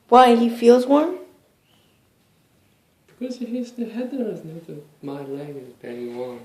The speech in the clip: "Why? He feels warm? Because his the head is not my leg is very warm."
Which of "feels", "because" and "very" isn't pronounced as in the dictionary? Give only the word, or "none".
very